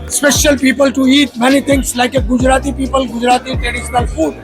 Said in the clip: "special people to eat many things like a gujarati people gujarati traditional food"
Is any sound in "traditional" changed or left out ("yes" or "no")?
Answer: no